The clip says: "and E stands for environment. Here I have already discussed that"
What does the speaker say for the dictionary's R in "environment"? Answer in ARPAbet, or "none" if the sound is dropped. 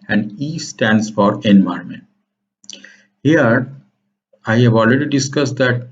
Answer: none